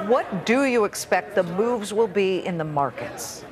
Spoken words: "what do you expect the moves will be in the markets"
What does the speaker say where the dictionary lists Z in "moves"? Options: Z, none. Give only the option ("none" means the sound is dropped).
Z